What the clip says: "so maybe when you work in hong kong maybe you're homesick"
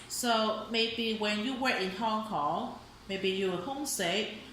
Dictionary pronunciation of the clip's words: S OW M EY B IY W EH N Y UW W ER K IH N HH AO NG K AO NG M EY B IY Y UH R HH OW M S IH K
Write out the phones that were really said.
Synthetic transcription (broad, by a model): S OW M EY B IY W EH N Y UW W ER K IH N HH AO NG K AO NG M EY B IY Y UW W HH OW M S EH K